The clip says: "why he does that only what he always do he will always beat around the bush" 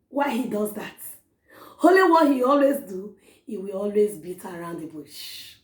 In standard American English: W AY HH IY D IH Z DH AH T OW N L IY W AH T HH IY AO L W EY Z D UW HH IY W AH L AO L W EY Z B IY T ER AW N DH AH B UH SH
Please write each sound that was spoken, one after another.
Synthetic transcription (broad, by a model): W AY HH IY D IH Z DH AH T OW L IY W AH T HH IY AO L W EY Z D UW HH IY W AH L AO L W EY Z B IY T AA AW N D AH B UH SH